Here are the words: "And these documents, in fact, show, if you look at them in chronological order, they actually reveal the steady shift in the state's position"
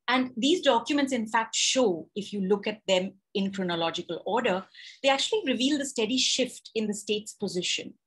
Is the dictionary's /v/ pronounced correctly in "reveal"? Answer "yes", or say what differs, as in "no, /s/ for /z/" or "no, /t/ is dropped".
yes